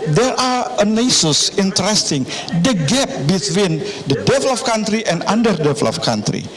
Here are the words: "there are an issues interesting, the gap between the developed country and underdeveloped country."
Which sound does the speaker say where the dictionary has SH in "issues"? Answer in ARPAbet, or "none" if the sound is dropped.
S